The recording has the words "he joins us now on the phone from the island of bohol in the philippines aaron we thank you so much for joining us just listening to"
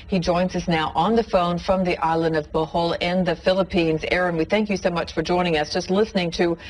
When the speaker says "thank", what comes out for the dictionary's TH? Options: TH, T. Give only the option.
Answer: TH